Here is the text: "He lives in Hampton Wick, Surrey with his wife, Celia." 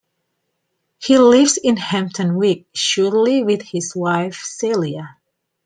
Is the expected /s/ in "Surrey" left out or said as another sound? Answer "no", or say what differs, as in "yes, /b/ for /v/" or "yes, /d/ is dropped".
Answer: yes, /ʃ/ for /s/